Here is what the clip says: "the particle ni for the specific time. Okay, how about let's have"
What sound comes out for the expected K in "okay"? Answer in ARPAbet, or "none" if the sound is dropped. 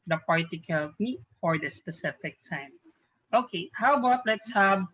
K